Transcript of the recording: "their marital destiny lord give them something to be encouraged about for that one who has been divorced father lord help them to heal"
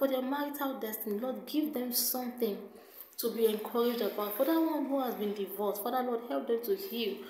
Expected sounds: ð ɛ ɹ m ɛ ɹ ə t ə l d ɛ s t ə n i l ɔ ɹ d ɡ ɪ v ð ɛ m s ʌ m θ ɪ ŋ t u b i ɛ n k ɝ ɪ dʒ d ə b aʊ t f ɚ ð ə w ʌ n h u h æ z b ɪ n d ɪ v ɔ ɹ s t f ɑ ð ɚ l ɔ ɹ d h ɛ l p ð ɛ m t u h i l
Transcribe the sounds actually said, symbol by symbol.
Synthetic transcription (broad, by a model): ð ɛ m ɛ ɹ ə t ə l d ɛ s t ə n i l ɔ d ɡ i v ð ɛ m s ʌ m θ ɪ ŋ t u b i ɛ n k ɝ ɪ dʒ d ə b aʊ t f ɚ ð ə w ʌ n h u h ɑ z b ɪ n d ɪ v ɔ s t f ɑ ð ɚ l ɔ d h ɛ l p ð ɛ m t u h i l